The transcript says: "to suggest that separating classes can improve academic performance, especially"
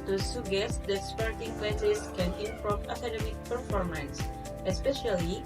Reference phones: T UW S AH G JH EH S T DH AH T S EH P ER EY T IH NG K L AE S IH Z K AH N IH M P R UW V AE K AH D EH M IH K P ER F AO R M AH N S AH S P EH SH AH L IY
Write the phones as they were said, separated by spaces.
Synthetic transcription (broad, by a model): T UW S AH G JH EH S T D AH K S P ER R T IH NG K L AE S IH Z K AH N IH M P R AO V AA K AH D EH M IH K P ER F AO R M AH N S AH S P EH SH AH L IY